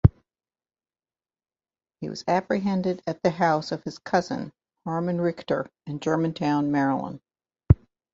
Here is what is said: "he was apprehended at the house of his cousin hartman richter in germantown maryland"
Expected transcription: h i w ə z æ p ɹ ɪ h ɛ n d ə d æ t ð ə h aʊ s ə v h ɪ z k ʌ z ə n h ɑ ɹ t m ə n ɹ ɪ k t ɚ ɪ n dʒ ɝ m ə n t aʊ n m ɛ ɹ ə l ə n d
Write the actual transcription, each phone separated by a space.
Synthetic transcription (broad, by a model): h i w ə z æ p ɹ ɪ h ɛ n d ə d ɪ t ð ə h aʊ s ə v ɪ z k ʌ z ə n h ɑ ɹ m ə n ɹ ɪ k t ɚ ɪ n dʒ ɝ m ə n t aʊ n m ɛ ɹ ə l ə n